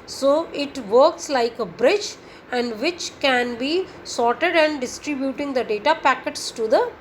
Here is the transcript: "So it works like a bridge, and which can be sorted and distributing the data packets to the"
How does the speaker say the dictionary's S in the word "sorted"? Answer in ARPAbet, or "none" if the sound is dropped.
S